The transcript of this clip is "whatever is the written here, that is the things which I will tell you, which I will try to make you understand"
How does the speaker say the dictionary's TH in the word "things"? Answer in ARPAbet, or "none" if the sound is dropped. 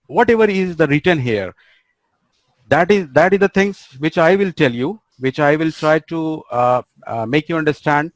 T